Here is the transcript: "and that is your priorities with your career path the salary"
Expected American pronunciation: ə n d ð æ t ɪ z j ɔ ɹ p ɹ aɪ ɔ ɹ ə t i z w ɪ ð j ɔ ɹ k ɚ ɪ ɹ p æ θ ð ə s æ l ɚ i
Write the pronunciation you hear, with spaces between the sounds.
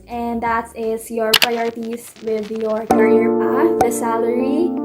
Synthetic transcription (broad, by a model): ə n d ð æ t ɪ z j ɔ ɹ p ɹ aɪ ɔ ɹ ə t i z w ɪ ð j ɔ ɹ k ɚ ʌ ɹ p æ f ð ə s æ l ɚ i